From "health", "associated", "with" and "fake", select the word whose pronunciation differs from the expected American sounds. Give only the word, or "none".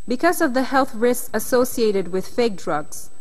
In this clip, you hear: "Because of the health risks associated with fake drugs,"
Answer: none